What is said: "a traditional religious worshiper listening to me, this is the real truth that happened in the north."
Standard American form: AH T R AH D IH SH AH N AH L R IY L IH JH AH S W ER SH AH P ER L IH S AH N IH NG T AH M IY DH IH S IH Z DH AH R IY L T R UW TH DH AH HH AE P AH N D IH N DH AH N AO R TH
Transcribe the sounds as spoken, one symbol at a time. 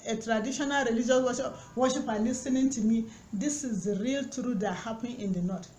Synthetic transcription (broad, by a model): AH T R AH D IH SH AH N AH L R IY L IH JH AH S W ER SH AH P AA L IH S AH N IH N T AH M IY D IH S IH Z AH R IY L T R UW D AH HH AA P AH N IH N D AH N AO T